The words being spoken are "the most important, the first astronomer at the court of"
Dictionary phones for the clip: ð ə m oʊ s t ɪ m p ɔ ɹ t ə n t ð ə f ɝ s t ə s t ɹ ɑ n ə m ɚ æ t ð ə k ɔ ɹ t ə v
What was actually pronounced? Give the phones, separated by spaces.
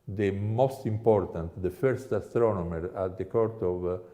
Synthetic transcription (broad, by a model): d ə m oʊ s t ɪ m p ɔ ɹ t ə n t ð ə f ɝ s t ə s t ɹ ɑ n ə m ɚ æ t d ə k ɔ ɹ t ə v